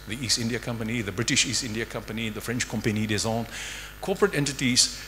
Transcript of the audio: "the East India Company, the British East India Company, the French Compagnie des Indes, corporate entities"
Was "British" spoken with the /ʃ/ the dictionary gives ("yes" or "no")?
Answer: yes